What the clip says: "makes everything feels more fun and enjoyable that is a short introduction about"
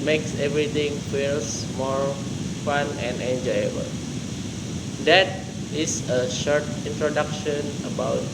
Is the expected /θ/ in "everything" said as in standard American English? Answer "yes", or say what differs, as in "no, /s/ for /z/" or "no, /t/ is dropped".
no, /t/ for /θ/